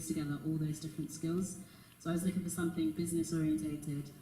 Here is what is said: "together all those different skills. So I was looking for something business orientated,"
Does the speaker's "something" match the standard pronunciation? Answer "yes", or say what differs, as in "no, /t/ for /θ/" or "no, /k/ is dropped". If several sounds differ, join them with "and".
yes